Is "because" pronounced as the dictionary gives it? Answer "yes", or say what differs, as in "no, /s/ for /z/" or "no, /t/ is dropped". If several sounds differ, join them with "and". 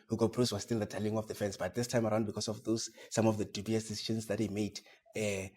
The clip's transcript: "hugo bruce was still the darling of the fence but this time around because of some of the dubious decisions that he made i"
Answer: no, /s/ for /z/